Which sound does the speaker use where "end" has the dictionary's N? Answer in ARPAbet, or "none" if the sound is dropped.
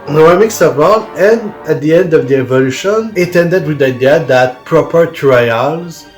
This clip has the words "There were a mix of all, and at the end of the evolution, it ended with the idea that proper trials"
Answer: N